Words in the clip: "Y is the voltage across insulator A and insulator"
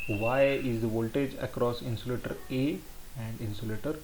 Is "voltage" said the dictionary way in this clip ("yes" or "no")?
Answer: yes